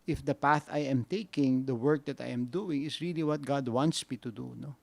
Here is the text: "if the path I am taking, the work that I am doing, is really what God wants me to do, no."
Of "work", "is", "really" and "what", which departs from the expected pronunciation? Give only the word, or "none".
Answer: is